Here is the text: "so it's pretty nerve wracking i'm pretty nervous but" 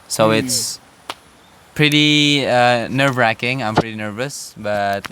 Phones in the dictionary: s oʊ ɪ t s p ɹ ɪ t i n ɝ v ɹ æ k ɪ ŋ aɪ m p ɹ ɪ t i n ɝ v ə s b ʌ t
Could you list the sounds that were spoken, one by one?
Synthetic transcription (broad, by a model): s oʊ ɪ t s p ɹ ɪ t i n ɝ v ɹ æ k ɪ ŋ aɪ m p ɹ ɪ t i n ɝ v ə s b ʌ t